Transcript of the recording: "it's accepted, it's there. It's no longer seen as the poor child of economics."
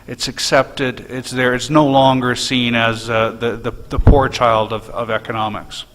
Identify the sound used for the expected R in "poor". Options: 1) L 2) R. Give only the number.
2